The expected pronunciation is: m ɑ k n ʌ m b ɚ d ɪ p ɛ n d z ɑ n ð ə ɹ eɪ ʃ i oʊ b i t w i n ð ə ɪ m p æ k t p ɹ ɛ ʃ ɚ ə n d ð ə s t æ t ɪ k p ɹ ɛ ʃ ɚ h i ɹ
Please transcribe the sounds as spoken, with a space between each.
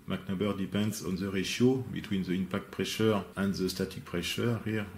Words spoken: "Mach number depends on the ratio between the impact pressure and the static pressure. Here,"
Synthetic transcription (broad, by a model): m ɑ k n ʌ b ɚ d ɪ p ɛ n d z ɑ n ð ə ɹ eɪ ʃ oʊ b i t w i n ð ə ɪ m p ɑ k t p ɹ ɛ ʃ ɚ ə n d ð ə s t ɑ t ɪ k p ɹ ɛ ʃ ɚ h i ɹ